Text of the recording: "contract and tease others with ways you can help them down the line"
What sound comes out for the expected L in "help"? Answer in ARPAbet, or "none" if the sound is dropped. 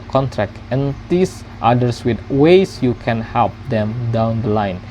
L